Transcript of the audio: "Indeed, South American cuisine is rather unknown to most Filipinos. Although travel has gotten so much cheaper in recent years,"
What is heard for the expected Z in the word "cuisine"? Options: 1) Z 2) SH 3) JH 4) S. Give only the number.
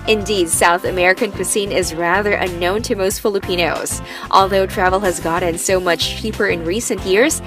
4